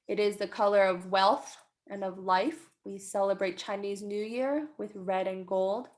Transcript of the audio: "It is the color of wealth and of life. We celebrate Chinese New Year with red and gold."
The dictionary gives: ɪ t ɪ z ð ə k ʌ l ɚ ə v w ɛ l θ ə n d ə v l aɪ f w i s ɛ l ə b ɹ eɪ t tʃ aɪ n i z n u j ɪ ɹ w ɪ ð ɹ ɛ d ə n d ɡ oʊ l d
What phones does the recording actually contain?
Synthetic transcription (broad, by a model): ɪ t ɪ z ð ə k ʌ l ɚ ə v w ɛ l θ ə n ə v l aɪ f w i s ɛ l ə b ɹ eɪ t tʃ aɪ n i z n u j ɪ ɹ w ɪ ð ɹ ɛ d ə n ɡ oʊ l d